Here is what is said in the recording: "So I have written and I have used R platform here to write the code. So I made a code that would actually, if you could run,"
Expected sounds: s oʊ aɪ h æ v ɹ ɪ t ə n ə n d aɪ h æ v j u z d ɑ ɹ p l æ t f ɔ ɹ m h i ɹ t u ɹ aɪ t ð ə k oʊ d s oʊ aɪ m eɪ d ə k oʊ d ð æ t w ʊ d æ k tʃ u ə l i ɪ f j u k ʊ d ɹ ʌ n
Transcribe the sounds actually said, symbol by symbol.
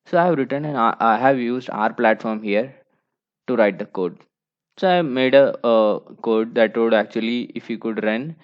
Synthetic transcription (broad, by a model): s oʊ aɪ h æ v ɹ ɪ t ə n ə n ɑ aɪ h æ v j u z d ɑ ɹ p l æ t f ɔ ɹ m h i ɹ t u ɹ aɪ t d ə k oʊ d s oʊ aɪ m eɪ d ə k oʊ d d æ t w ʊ d æ k tʃ u ə l i ɪ f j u k ʊ d ɹ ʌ n